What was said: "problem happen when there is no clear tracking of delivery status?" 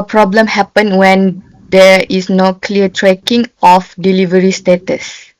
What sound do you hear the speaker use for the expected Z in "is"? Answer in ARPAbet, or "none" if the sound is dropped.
S